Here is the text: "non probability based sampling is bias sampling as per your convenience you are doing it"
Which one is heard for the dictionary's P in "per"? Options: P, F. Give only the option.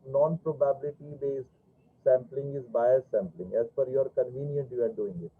F